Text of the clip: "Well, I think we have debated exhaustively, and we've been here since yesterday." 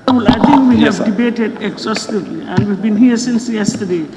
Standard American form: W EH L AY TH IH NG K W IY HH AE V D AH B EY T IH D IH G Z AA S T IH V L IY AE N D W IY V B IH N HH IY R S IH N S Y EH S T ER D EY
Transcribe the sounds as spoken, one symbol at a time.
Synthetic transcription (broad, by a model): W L AY T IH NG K W IY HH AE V D AH B EY T IH D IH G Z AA S T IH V L IY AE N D W IY V B IH N HH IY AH S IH N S Y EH S T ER D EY